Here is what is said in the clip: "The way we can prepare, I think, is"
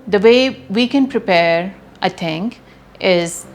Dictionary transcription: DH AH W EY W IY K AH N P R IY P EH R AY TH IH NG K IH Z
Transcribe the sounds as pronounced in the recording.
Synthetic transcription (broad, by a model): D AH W EY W IY K AH N P R IY P EH R AY T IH NG K IH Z